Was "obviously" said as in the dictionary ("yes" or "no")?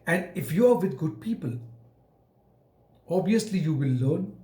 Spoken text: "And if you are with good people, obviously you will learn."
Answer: no